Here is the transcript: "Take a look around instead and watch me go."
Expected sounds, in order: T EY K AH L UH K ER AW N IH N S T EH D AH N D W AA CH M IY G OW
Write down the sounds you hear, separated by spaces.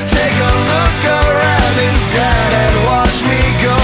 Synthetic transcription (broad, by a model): T EY K AH L UH K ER AW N IH N S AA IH D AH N W AA CH M IY G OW